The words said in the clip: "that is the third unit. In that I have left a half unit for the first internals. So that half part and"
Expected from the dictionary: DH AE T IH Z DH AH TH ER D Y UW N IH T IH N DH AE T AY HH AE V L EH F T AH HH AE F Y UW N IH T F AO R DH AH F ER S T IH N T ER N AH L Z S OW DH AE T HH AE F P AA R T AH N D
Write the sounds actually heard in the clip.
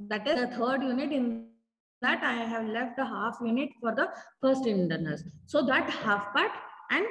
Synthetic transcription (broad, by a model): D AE T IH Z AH T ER D Y UW N IH T IH N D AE T AY HH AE V L EH F T AH HH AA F Y UW N IH T F AO R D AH F ER S T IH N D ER N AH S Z S OW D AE T HH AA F P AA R T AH N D